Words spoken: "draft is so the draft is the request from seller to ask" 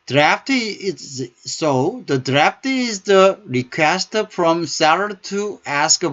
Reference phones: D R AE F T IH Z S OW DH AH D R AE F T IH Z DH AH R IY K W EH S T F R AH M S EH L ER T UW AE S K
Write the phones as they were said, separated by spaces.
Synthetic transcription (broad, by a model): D R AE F T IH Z S OW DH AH D R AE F T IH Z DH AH R IY K W EH S T F R AH M S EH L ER T UW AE S K